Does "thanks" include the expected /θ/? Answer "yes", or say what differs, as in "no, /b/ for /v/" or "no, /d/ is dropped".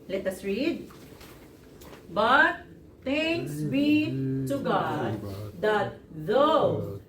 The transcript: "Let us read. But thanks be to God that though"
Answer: no, /t/ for /θ/